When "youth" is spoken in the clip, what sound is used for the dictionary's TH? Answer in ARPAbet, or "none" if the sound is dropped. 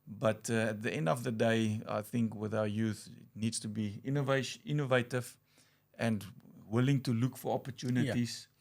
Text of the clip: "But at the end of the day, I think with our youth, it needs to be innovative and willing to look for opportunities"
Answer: TH